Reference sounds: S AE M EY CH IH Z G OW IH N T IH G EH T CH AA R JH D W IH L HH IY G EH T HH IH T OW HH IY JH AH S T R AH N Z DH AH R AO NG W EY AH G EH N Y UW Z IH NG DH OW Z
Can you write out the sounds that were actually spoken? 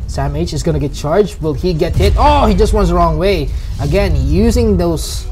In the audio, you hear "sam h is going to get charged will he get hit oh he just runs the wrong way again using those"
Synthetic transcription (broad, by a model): S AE M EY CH IH Z G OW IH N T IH G EH T CH AA R JH D W IH L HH IY G EH T HH IH T OW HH IY JH AH S T W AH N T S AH R AO NG W EY AH G EH N Y UW Z IH NG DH OW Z